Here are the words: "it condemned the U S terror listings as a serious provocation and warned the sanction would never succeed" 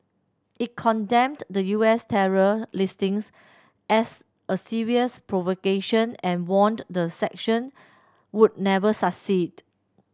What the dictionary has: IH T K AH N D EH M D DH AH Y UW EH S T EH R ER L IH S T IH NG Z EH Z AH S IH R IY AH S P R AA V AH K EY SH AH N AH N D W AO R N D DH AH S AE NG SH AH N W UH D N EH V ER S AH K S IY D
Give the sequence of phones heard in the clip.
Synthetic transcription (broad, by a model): IH T K AH N D EH M D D AH Y UW EH S T EH R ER L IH S T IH NG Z EH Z AH S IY R IY AH S P R AA V AH K EY SH AH N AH N W AO N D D AH S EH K SH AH N W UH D N EH V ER S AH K S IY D